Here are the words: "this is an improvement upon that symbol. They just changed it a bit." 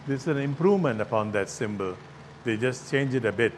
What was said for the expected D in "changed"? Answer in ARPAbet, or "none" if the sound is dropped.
none